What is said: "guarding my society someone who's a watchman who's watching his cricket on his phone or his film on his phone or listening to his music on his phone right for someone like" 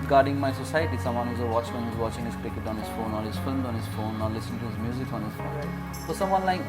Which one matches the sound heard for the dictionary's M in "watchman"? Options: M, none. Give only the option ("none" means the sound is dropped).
none